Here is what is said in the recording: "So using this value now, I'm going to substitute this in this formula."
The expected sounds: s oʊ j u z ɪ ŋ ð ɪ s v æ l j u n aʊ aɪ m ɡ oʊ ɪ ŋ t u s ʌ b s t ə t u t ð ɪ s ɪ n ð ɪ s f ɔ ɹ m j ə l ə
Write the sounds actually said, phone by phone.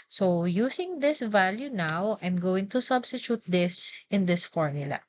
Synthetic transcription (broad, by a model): s oʊ j u s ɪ ŋ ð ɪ s v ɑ l j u n aʊ aɪ m ɡ oʊ ɪ ŋ t u s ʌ b s t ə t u t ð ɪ s ɪ n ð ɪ s f ɔ ɹ m j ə l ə